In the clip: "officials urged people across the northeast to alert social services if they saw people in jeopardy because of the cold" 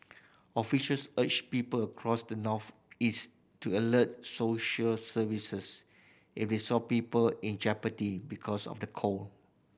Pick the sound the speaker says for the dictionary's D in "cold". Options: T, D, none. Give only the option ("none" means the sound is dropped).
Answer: none